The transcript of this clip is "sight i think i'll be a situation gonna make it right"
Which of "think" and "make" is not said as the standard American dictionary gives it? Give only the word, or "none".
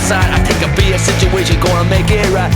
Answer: think